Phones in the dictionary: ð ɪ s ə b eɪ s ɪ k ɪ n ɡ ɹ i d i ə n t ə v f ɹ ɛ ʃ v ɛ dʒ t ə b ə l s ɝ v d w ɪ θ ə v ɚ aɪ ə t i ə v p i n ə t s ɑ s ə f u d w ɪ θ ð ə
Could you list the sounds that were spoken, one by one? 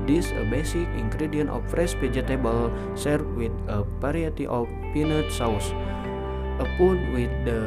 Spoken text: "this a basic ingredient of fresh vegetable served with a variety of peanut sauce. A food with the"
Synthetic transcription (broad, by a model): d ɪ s ə b eɪ s ɪ k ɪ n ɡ ɹ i d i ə n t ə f ɹ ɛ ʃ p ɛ dʒ t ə b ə l s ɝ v w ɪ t ə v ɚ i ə t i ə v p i n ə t s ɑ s ə p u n w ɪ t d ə